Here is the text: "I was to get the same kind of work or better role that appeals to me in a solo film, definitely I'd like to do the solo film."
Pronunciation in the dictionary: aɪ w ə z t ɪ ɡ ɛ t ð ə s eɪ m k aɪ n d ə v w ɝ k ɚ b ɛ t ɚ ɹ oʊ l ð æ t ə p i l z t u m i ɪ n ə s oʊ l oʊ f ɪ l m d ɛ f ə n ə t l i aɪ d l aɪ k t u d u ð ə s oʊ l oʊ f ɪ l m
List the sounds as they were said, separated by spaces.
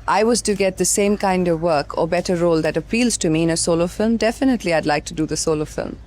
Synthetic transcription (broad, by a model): aɪ w ə z t ɪ ɡ ɛ t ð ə s eɪ m k aɪ n d ə v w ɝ k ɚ b ɛ t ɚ ɹ oʊ l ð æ t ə p i l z t u m i ɪ n ə s oʊ l oʊ f ɪ l m d ɛ f ə n ə t l i aɪ d l aɪ k t u d u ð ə s oʊ l oʊ f ɪ l m